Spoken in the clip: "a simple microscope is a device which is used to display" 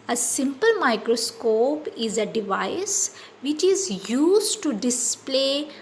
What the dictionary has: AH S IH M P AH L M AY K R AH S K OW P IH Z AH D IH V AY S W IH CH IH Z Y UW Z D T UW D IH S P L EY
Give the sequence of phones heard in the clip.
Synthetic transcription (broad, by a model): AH S IH M P AH L M AY K R AH S K OW P IH Z AH D IH V AY S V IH CH IH Z Y UW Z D T UW D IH S P L EY